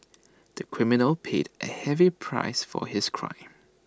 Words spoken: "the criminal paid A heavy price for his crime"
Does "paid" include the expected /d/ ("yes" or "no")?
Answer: yes